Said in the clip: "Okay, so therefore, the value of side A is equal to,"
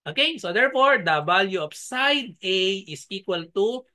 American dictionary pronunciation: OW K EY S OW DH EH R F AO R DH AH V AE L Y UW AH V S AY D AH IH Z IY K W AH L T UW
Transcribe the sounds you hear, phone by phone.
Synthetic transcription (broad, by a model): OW K EY S OW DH EH R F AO R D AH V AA L Y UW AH P S AY D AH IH S IY K W AH L T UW